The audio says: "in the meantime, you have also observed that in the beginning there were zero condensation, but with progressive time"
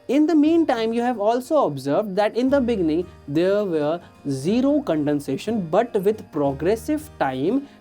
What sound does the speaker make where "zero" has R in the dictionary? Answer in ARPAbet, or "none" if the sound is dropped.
R